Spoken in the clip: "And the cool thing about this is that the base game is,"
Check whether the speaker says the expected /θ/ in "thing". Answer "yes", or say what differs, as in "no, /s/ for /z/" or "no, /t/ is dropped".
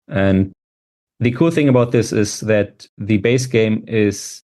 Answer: yes